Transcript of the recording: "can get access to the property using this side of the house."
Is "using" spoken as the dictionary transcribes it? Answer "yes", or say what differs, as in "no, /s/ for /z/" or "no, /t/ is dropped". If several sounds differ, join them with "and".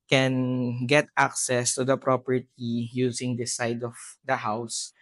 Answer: no, /s/ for /z/